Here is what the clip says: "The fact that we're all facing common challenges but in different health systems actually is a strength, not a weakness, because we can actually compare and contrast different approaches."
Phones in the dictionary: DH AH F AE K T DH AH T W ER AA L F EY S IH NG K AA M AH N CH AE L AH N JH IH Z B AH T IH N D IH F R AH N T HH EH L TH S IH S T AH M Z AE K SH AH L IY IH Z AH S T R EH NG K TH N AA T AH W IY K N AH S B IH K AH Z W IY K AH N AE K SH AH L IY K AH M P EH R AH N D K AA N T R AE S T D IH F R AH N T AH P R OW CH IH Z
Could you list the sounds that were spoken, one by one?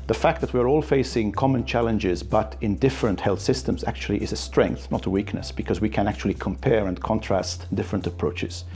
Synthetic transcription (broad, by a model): DH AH F AE K T DH AH T W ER AA L F EY S IH NG K AA M AH N CH AE L AH N JH IH Z B AH T IH N D IH F R AH N T HH EH L TH S IH S T AH M Z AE K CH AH L IY IH Z AH S T R EH NG K TH N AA T AH W IY K N AH S B IH K AH Z W IY K AH N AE K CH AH L IY K AH M P EH R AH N K AA N T R AE S T D IH F R AH N T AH P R OW CH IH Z